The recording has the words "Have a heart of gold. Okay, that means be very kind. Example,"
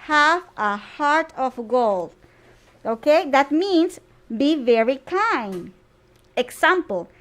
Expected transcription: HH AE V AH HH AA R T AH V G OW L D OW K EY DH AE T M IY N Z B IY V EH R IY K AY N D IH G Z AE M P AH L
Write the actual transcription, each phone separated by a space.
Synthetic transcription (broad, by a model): HH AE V AH HH AA R T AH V G OW L D OW K EY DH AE T M IY N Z B IY V EH R IY K AY N D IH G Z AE M P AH L